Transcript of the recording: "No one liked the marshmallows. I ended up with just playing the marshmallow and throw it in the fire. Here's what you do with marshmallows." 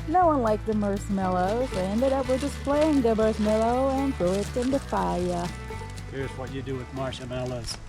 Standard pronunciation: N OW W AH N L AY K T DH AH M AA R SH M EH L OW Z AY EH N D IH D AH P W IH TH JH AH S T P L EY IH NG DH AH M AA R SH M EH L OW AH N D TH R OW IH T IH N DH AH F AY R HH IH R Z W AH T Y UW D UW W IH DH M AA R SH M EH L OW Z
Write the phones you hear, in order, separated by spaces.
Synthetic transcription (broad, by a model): N OW W AH N L AY K DH AH M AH R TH M EH L OW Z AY EH N D IH D AH P W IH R JH AH S P L EY IH NG DH AH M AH R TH M EH L OW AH N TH R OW IH T IH N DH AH F AY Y HH IH R Z W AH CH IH D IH W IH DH M AA R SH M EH L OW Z